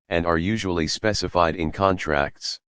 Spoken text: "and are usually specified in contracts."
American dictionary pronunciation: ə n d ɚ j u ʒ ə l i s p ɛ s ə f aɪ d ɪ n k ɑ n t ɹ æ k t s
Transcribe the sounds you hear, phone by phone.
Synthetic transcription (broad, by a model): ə n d ɚ j u ʒ ə l i s p ɛ s ə f aɪ d ɪ n k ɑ n t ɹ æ k t s